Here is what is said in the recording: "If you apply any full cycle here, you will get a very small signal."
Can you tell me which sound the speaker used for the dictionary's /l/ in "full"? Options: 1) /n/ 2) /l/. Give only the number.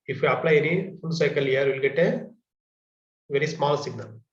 1